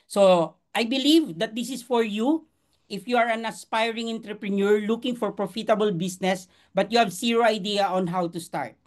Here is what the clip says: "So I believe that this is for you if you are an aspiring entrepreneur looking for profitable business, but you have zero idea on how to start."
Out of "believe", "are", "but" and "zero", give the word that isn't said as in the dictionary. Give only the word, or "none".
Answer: zero